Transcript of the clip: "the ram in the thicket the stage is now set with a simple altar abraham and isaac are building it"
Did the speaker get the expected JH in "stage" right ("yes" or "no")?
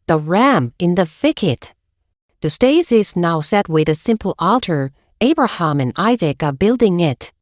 no